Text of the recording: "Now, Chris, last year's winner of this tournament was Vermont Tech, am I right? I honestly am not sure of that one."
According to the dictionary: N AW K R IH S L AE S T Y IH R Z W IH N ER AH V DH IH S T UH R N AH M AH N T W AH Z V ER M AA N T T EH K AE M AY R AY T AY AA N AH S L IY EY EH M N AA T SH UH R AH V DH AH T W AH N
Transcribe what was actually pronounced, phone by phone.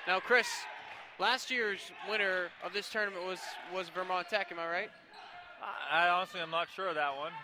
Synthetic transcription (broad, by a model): N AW K R IH S L AE S T Y IH R Z W IH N ER AH V DH IH S T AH R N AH M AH N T W AH Z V ER M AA N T T EH K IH M AY R AY T AY AA N AH S L IY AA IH M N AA T SH UH R AH V DH AH T W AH N